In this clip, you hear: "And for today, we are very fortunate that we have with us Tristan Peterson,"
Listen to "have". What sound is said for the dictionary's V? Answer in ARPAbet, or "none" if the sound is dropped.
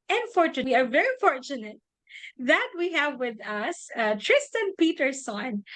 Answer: V